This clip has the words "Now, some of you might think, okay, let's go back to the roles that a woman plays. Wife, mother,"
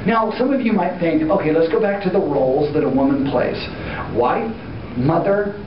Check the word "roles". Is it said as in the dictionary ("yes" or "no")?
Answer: yes